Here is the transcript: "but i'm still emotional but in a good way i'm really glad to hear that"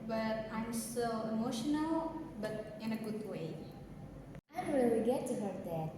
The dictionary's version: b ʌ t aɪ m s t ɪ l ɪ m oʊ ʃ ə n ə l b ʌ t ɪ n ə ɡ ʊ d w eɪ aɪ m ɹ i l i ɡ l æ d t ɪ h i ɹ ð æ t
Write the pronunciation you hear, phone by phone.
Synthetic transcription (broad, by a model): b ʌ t aɪ m s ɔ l ɪ m oʊ ʃ ə n ə l b ʌ t ɪ n ə ɡ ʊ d w eɪ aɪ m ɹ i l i ɡ ɛ t ɪ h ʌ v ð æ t